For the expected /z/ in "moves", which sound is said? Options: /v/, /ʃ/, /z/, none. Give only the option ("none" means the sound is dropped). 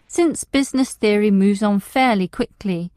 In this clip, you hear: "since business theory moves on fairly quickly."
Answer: /z/